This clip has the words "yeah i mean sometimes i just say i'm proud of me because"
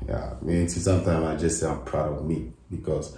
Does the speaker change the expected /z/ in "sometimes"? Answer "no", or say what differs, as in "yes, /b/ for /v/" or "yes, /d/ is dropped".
yes, /z/ is dropped